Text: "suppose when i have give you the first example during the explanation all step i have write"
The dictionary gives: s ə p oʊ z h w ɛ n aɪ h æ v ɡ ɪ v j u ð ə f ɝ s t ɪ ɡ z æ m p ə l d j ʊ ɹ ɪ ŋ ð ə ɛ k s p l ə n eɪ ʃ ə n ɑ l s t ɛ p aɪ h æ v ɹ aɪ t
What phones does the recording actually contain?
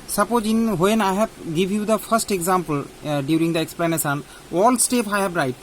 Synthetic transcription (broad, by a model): s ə p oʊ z h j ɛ n aɪ h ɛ b ɡ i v j u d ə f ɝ s t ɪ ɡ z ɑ m p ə l d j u ɹ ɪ ŋ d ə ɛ k s p l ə n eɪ s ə n ɑ l s t ɛ p aɪ h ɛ b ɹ aɪ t